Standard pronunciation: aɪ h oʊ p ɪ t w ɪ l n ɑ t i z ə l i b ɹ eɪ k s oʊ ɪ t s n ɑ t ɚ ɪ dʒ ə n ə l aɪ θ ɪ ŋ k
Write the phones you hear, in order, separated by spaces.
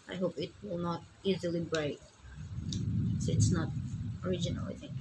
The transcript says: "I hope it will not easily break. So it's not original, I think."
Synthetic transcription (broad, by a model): aɪ h oʊ p ɪ t w ɪ l n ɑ t i z ə l i b ɹ eɪ k s oʊ ɪ t s n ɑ t ɚ ɪ dʒ ə n ə l aɪ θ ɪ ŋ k